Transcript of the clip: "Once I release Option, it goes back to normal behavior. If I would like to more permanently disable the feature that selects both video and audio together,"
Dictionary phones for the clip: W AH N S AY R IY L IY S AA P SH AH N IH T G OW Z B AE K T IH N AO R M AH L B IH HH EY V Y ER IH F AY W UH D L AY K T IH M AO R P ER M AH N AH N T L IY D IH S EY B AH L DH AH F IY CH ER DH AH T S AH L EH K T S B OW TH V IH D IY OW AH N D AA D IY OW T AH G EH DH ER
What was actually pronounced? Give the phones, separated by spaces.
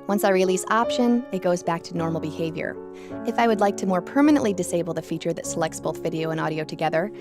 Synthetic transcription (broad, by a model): W AH N S AY R IY L IY S AA P SH AH N IH T G OW Z B AE K T IH N AO R M L B IH HH EY V Y ER IH F AY W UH D L AY K T IH M AO R P ER M AH N AH N T L IY D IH S EY B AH L DH AH F IY CH ER DH AH T S AH L EH K T S B OW TH V IH D IY OW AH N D AA D IY OW T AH G EH DH ER